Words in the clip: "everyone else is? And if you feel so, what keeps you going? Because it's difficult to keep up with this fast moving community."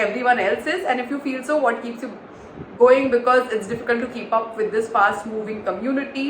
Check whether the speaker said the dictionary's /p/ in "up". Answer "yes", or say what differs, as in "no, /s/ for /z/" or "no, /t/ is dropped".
yes